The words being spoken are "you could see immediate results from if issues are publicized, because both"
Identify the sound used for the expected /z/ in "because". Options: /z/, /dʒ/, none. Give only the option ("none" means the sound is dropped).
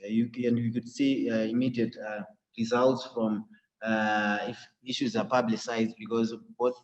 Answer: /z/